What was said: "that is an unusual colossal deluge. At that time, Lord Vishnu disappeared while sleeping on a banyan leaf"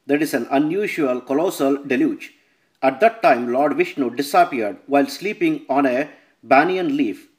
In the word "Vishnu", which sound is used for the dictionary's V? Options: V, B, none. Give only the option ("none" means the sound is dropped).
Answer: V